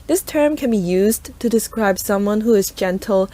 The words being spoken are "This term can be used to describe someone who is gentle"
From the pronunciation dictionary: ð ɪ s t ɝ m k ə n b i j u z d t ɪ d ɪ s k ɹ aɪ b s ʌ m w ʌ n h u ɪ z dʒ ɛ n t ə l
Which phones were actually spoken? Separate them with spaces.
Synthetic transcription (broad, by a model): ð ɪ s t ɝ m k ə n b i j u z t ɪ d ɪ s k ɹ aɪ b s ʌ m w ʌ n h u ɪ z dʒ ɛ n t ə l